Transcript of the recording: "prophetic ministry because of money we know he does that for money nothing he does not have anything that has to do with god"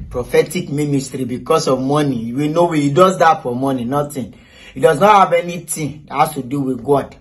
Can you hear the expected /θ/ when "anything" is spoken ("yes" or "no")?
no